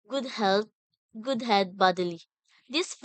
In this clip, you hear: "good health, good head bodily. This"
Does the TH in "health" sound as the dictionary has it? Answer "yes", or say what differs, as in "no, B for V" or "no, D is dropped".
no, T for TH